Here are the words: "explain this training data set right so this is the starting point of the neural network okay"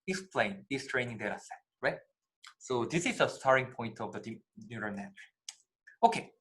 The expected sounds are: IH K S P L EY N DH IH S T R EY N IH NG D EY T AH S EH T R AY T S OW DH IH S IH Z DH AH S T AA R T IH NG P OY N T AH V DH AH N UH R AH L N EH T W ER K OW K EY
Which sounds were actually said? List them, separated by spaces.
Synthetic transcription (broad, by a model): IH K S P L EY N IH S T R EY N IH NG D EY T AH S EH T R AY T S OW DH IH S IH Z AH S T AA R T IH NG P OY N T AH V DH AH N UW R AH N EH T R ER OW K EY